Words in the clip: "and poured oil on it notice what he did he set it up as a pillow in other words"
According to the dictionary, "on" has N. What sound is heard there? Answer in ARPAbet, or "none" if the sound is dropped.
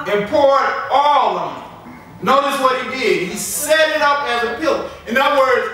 L